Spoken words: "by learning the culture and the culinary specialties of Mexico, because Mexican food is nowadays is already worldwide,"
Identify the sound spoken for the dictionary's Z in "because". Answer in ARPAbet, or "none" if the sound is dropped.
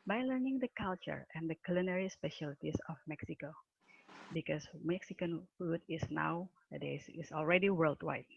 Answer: S